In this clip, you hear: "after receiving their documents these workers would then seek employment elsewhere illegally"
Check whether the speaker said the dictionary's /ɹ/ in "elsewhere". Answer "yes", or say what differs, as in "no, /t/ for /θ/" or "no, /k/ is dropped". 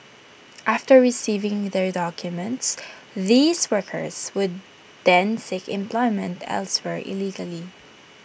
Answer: yes